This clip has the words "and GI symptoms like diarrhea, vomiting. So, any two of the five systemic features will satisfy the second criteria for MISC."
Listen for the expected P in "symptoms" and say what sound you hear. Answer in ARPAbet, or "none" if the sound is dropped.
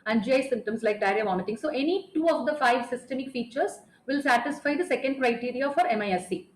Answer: none